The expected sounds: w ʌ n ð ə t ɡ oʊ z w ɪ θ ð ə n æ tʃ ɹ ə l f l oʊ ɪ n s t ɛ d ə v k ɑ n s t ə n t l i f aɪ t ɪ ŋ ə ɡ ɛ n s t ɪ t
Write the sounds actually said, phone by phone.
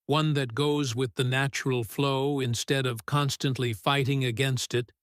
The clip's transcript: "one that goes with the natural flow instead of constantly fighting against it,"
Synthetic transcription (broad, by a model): w ʌ n ð ə t ɡ oʊ z w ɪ ð ə n æ tʃ ɹ l f l oʊ ɪ n s t ɛ d ə v k ɑ n s t ə n t l i f aɪ t ɪ ŋ ə ɡ ɛ n s t ɪ t